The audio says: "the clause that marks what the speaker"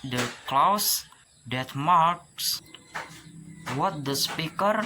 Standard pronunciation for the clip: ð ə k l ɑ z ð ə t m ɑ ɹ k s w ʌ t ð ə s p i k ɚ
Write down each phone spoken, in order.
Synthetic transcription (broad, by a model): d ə k l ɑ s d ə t m ɑ ɹ k s w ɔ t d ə s p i k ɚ